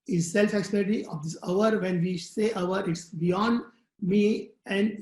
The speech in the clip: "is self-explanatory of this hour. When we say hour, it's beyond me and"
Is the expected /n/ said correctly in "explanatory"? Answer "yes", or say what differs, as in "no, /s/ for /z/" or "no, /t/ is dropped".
no, /l/ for /n/